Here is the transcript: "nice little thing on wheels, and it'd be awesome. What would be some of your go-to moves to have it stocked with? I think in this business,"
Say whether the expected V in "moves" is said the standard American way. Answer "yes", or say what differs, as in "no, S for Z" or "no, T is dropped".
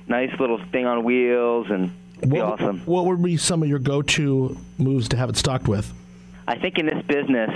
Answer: yes